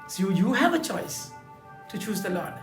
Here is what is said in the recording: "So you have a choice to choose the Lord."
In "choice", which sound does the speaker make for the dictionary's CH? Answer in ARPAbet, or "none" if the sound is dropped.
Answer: CH